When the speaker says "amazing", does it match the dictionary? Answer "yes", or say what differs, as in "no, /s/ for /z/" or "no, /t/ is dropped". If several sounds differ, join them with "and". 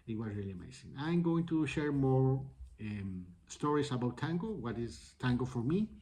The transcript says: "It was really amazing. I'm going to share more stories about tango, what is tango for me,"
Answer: no, /s/ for /z/